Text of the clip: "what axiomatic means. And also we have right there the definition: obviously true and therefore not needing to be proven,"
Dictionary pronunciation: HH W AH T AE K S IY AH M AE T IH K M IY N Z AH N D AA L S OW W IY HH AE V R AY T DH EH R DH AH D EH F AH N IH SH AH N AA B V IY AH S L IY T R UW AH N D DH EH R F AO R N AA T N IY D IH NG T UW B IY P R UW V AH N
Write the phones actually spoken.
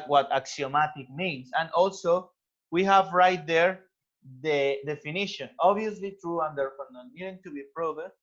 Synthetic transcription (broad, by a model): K W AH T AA K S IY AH M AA T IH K M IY N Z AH N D AA L S OW W IY HH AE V R AY T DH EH R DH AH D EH F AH N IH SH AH N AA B IY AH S L IY T R UW AH N D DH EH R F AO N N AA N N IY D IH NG T UW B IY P R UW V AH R